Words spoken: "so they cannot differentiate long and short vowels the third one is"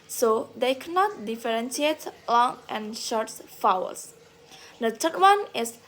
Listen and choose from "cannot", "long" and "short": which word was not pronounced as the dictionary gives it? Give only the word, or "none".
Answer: none